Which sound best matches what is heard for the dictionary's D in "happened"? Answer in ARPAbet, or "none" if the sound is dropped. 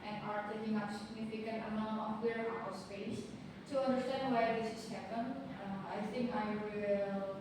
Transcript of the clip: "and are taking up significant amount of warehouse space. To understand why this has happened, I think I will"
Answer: none